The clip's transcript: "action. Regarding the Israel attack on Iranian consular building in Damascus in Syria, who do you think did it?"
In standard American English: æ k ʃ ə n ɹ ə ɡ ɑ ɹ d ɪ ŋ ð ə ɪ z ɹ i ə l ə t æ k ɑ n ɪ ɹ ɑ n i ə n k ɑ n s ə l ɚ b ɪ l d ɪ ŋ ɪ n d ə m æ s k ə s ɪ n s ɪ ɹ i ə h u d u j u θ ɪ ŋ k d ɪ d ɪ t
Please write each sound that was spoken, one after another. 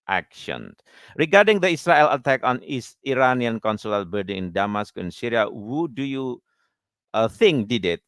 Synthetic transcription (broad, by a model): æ k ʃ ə n ɹ ə ɡ ɑ ɹ d ɪ ŋ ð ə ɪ s ɹ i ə l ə t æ k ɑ n ɪ ɹ ɑ n i ə n k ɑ n s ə l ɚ b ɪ d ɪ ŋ ɪ n d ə m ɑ s k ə ɪ n s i ɹ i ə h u d u j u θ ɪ ŋ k d ɪ d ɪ t